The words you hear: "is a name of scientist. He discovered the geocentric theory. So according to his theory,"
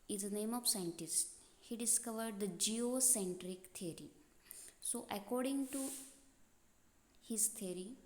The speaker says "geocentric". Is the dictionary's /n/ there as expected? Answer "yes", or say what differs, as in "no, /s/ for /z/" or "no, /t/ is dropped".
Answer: yes